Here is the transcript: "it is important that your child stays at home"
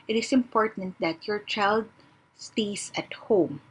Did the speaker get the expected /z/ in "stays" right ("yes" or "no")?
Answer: no